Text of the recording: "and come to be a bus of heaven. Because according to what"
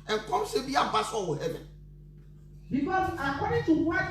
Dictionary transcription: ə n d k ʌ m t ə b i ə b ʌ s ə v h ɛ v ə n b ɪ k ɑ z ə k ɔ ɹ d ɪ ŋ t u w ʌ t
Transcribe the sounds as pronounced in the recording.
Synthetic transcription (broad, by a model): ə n k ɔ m s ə b i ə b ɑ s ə w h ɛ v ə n b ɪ k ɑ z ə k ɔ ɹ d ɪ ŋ t u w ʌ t